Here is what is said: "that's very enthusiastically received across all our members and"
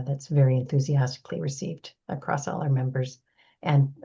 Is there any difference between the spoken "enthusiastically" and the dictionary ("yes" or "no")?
no